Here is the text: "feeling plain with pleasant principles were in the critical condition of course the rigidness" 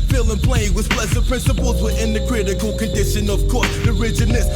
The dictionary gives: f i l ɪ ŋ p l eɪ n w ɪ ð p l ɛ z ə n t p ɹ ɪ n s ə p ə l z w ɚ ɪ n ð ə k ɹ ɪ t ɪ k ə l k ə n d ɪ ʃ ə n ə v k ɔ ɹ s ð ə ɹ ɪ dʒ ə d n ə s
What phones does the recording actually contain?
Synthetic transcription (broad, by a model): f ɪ l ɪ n p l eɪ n w ɪ ð p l ɛ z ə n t p ɹ ɪ n s ə p ə l z w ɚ ɪ n ð ə k ɹ ɪ t ɪ k ə l k ə n d ɪ ʃ ə n ə v k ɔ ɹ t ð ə ɹ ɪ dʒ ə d n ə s